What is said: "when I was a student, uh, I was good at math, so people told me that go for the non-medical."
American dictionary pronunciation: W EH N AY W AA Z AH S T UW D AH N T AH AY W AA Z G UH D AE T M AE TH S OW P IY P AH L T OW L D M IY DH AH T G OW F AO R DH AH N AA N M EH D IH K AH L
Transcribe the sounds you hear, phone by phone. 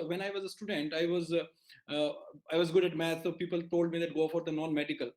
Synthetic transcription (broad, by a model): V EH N AY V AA Z AH S T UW D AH N T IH AY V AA Z G UH D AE T M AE T S OW P IY P AH L T OW L D M IY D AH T G OW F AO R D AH N AA N M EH D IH K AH L